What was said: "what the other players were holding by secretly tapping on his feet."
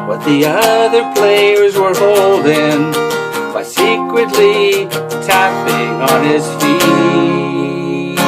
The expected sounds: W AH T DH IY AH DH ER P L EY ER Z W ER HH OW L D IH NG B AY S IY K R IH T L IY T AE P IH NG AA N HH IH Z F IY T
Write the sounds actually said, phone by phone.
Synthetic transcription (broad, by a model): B AH T DH IY AH DH ER P L EY ER Z W ER HH OW L D IH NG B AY S IY K R IH T L IY T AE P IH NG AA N IH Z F IY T